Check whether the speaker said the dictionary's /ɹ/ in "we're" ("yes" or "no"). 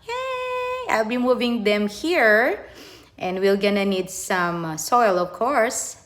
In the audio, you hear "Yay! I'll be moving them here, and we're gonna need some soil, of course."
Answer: no